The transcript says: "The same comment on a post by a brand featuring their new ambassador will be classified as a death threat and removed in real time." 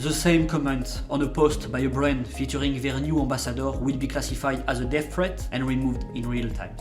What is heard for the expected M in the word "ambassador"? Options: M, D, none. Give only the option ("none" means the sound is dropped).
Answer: none